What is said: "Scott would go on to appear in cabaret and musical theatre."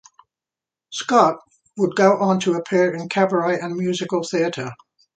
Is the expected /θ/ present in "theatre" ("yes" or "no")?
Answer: yes